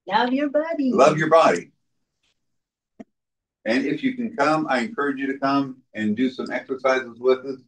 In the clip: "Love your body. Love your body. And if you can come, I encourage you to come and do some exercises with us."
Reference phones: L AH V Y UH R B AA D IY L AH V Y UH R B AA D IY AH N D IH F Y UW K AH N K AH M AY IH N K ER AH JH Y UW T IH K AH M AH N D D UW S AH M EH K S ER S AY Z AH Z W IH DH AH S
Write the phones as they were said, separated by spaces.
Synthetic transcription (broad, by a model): L AH V Y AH R B AA D IY L AH V Y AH R B AA D IY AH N IH F Y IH K N K AH M AY IH N K ER AH JH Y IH T IH K AH M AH N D D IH S AH M EH K S ER S AY Z AH Z W IH DH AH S